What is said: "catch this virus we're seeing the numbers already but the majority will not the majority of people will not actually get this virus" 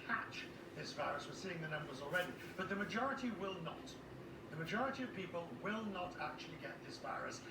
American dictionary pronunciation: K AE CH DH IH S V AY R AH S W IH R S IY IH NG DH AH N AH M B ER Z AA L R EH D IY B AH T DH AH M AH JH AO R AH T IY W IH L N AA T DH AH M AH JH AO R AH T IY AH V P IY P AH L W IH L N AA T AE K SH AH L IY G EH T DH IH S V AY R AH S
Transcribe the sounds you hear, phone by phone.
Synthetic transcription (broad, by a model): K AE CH DH IH S V AY R AH S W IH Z S IY IH NG DH AH N AH M B ER Z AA L R EH D IY B AH T DH AH M AH JH AO R AH T IY W IH L N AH T DH AH M AH JH AO R AH T IY AH V P IY P AH L W IH L N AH T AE K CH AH L IY G EH T DH IH S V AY R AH S